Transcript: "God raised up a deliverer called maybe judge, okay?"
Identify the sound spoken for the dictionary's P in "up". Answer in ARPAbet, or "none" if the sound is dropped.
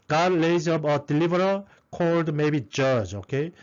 B